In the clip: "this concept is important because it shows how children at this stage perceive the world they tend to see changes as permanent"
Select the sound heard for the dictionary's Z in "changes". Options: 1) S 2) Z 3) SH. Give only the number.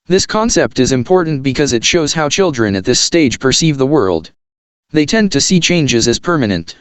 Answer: 2